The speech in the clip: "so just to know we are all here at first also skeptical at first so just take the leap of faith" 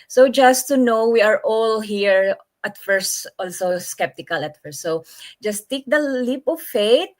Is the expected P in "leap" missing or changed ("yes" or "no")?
no